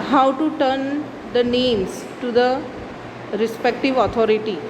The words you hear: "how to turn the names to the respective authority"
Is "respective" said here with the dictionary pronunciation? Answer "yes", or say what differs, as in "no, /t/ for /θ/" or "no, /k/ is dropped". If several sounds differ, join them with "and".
yes